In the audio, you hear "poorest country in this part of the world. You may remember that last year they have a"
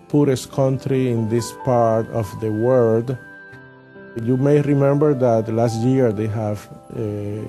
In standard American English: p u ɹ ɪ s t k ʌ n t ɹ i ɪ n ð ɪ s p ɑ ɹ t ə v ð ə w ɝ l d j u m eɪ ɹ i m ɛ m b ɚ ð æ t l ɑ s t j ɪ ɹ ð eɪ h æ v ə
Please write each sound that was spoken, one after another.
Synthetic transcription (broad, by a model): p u ɹ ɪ s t k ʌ n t ɹ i ɪ n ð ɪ s p ɑ ɹ t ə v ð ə w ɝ d j u m eɪ ɹ i m ɛ m b ɚ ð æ t l ɑ s t j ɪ ɹ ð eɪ h æ v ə